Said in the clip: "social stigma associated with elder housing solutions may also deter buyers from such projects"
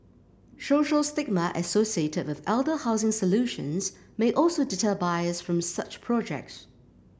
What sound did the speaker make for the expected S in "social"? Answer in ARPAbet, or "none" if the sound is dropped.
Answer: SH